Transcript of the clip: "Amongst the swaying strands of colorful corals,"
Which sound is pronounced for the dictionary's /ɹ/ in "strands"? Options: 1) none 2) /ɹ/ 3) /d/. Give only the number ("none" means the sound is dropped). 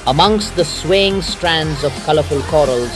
2